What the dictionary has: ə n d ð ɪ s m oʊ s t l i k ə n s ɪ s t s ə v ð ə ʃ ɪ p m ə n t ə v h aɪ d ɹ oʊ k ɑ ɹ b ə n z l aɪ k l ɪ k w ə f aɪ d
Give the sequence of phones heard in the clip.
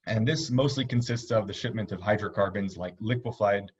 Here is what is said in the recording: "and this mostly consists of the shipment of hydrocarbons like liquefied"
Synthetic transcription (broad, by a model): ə n ð ɪ s m oʊ s t l i k ə n s ɪ s t s ə v ð ə ʃ ɪ p m ə n t ə v h aɪ d ɹ oʊ k ɑ ɹ b ə n z l aɪ k l ɪ k w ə f aɪ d